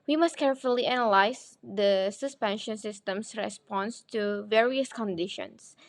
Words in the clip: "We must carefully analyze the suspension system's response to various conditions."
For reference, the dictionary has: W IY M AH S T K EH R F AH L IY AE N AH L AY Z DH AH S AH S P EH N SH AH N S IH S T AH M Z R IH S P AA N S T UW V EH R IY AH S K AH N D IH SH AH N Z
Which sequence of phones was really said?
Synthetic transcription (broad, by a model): W IY M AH S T K EH R F AH L IY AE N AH L AY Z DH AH S AH S P EH N SH AH N S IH S T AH M S R IH S P AA N S T UW V EH R IY AH S K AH N D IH SH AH N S